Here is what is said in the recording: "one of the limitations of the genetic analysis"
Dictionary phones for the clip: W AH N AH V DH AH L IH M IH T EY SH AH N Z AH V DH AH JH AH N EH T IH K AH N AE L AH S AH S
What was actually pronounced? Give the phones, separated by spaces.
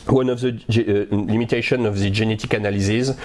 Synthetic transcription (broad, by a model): W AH N AH V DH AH L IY M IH T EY SH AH N AH V DH AH JH AH N EH T IH K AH N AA L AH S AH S